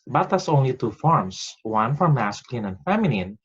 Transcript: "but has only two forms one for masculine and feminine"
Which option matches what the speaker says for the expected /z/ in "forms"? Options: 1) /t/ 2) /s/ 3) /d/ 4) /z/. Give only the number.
2